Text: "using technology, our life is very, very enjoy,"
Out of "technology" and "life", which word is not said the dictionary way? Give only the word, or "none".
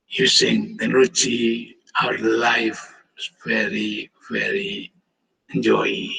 technology